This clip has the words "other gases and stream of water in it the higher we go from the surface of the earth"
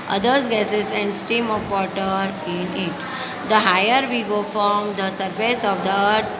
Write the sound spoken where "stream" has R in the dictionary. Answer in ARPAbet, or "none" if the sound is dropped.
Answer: none